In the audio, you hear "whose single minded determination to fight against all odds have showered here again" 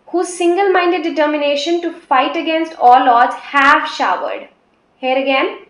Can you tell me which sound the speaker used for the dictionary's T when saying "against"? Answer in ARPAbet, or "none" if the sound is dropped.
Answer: T